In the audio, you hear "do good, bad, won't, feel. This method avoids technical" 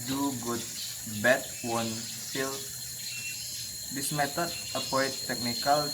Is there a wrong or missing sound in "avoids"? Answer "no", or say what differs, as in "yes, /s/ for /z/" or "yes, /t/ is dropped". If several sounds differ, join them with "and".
yes, /p/ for /v/